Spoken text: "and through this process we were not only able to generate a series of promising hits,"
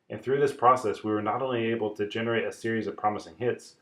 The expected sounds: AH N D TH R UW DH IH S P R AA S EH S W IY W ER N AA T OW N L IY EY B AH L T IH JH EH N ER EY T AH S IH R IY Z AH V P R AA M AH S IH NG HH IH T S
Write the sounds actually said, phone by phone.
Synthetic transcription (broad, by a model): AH N TH R UW DH IH S P R AA S EH S W IY W ER N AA T OW N L IY EY B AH L T IH JH EH N ER EY T AH S IH R IY Z AH V P R AA M AH S IH NG HH IH T S